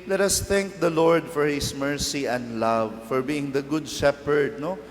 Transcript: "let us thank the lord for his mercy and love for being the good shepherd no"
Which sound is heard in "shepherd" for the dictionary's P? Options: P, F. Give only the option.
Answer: P